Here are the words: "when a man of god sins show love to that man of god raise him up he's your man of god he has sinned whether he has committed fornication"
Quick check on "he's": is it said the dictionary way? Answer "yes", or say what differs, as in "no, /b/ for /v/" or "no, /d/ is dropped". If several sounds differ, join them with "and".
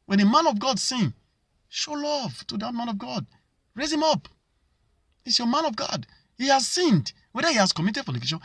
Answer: no, /s/ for /z/